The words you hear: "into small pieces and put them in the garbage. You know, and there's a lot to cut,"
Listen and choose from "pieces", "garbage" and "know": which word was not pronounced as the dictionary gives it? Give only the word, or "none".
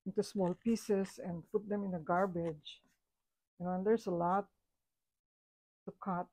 pieces